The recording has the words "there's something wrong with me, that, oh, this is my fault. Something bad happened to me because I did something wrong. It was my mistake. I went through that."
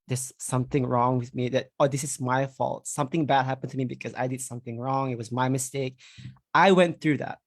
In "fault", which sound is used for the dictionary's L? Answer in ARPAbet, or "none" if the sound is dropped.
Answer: L